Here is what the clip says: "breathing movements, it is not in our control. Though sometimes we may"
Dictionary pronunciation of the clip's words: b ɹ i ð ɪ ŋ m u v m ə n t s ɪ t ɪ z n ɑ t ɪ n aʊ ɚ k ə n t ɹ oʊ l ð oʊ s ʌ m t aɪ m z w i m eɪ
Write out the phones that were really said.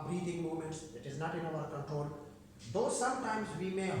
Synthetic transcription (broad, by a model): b ɹ i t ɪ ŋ m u m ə n t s ɪ t ɪ z n ɑ t ɪ n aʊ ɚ k ə n t ɹ oʊ l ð oʊ s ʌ m t aɪ m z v i m eɪ